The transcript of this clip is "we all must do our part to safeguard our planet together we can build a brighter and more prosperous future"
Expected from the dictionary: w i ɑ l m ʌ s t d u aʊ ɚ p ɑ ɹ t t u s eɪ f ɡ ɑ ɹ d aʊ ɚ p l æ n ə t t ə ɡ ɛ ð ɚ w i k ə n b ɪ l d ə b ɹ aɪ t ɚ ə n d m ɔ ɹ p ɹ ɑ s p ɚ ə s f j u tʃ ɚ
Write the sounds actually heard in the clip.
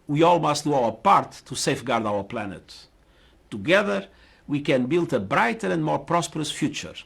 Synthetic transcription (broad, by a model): w i ɑ l m ʌ s t d u aʊ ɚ p ɑ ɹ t t u s eɪ f ɡ ɑ ɹ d aʊ ɚ p l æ n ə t t ə ɡ ɛ ð ɚ w i k ə n b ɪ l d ə b ɹ aɪ t ɚ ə n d m ɔ ɹ p ɹ ɑ s p ɚ ə s f j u tʃ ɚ